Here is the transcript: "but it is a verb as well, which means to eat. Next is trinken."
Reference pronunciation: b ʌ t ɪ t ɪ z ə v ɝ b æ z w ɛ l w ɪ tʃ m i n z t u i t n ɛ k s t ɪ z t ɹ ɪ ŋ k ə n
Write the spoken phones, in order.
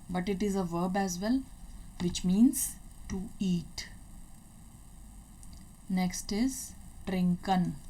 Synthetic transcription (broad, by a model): b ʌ t ɪ t ɪ z ə v ɝ b æ z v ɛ l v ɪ tʃ m i n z t u i t n ɛ k s t ɪ z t ɹ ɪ ŋ k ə n